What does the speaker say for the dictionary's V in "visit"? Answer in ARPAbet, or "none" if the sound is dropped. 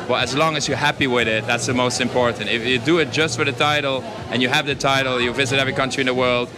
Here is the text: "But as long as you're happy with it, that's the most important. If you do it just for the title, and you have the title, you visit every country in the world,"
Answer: V